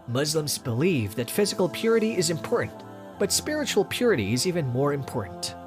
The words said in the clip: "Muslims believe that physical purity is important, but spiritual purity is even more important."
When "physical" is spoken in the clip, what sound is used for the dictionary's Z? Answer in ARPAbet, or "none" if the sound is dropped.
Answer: Z